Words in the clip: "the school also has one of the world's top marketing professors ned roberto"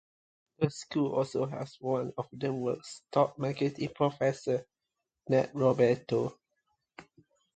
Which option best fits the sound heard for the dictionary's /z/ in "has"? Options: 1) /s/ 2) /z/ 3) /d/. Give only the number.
1